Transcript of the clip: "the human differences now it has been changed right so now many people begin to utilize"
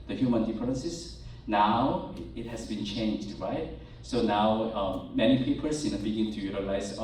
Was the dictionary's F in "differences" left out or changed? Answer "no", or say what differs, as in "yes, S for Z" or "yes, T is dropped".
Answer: yes, P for F